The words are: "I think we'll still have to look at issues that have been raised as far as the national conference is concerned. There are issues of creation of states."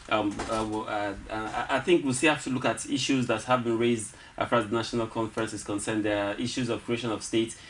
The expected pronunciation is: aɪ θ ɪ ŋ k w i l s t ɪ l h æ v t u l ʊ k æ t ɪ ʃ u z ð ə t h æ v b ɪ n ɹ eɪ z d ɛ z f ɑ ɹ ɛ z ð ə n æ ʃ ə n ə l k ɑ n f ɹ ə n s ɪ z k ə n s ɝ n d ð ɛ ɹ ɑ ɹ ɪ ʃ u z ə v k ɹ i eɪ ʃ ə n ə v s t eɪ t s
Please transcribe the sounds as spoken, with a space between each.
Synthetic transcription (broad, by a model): aɪ θ ɪ ŋ k w i l s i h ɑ f t u l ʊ k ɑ t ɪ ʃ u z ð ə t h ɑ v b ɪ n ɹ eɪ z d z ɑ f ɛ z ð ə n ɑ ʃ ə n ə l k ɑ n f ɹ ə n s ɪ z k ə n s ɝ n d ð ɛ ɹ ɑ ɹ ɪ ʃ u z ə v k ɹ i eɪ ʃ ə n ə v s t eɪ t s